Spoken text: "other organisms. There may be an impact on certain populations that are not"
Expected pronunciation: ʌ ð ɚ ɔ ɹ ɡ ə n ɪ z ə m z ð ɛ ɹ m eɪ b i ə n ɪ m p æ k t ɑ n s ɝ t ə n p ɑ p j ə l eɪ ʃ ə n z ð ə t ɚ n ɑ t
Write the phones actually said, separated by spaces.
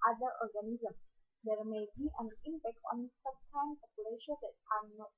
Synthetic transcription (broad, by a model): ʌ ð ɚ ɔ ɹ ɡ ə n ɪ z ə m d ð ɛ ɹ m eɪ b i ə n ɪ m b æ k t ɑ n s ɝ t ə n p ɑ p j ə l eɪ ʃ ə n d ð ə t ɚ n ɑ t